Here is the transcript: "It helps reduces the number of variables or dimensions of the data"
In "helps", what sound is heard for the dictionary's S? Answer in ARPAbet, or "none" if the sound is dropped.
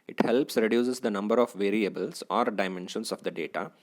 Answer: S